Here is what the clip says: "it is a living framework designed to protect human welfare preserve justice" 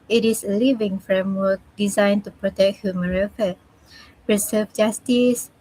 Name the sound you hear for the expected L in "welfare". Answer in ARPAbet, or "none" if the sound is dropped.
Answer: none